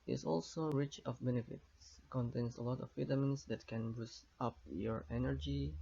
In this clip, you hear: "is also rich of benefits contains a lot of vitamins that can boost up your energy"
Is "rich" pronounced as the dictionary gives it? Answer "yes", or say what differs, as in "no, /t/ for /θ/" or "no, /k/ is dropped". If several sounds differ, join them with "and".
yes